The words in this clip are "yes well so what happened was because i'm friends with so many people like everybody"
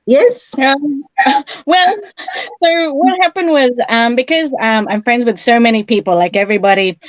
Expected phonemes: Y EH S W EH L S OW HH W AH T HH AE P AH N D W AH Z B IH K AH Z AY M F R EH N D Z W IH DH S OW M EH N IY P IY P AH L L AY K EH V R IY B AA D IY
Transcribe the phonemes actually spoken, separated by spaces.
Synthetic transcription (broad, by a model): Y EH S W EH L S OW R W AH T HH AE P AH N D W AH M B IH K AH Z AY M F R EH N D Z W IH DH S OW M EH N IY P IY P L L AY K EH V R IY B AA D IY